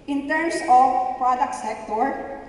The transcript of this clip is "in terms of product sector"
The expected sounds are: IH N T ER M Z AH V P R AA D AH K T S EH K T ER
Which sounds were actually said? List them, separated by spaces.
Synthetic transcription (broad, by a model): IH N T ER M S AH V P R AA D AH K T S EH K T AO